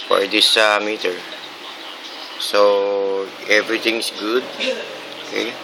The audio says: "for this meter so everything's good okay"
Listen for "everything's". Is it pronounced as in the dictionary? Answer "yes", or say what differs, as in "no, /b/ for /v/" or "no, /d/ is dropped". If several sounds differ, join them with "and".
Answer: no, /t/ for /θ/ and /s/ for /z/